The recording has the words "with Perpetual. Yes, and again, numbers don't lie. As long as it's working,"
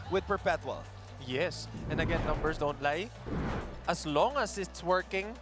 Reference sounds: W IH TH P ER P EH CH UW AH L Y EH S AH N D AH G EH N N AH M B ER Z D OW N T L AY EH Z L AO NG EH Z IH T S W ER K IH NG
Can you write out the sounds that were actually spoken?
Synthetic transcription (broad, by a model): W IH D P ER P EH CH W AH L Y EH S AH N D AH G EH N N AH M B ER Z D OW N T L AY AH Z L AO NG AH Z IH T S W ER K IH NG